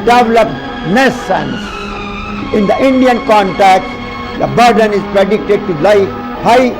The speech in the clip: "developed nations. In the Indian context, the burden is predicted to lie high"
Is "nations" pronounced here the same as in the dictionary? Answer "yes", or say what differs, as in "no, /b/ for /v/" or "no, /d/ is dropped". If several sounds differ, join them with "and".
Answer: no, /s/ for /ʃ/ and /s/ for /z/